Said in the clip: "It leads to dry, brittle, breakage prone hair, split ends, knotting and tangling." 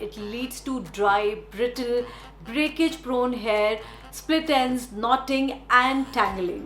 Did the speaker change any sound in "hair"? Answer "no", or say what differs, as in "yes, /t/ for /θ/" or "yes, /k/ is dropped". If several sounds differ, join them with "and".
no